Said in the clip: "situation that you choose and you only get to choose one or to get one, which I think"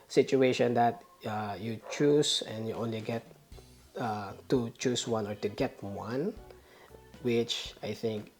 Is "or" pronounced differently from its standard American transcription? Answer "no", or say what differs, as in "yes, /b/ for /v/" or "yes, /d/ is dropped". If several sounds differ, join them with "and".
no